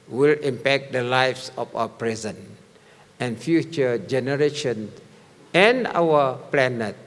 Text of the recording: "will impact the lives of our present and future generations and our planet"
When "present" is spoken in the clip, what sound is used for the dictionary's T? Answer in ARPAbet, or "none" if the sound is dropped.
none